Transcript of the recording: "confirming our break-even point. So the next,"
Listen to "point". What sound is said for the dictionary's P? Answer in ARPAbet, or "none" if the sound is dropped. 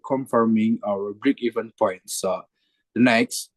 P